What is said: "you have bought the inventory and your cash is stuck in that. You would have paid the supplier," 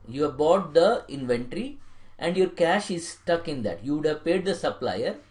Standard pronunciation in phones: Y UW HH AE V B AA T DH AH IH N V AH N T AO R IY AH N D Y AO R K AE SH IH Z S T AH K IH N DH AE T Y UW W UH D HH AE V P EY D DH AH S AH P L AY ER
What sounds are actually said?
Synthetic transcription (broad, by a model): Y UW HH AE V B AA T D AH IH N V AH N T R IY AH N D Y AO R K AE SH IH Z S T AH K IH N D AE T Y UW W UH D HH AE V P EY D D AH S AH P L AY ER